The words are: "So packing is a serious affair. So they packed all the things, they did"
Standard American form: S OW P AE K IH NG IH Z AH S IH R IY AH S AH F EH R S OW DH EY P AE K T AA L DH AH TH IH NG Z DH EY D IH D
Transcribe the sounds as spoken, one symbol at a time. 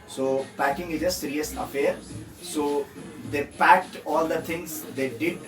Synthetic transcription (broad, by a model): S OW P AE K IH NG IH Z AH S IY R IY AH S AH F EH R S OW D EY P AE K T AA L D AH T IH NG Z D EY D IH D